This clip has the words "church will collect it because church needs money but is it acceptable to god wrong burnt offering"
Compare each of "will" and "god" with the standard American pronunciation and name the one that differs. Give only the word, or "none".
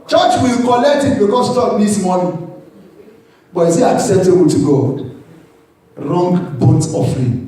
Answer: none